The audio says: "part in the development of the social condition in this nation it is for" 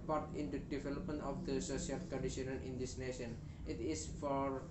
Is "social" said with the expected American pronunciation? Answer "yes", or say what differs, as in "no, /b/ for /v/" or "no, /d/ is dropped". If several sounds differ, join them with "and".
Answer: no, /s/ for /ʃ/